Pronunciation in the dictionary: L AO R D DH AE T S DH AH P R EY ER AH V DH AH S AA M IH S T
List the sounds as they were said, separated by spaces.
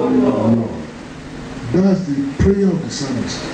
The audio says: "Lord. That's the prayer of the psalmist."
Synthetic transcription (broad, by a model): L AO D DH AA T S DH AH P R EY ER AH V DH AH S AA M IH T